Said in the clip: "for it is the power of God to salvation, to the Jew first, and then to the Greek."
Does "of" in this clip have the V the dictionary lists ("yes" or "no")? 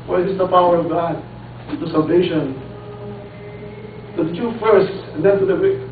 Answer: yes